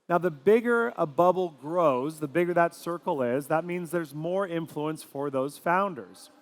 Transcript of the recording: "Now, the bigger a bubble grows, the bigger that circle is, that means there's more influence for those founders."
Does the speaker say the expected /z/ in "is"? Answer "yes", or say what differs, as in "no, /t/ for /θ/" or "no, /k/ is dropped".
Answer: yes